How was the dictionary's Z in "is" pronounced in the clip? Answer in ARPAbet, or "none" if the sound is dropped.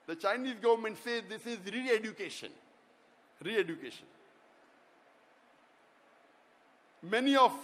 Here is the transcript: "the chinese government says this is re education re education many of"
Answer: Z